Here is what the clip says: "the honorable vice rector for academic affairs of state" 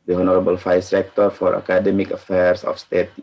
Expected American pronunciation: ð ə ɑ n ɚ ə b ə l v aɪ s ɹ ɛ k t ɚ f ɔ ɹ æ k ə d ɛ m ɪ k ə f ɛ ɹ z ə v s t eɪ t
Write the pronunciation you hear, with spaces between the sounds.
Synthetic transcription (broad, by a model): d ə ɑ n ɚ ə b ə l f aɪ s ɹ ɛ k t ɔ f ɔ ɹ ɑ k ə d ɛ m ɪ k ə f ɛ ɹ s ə f s t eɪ t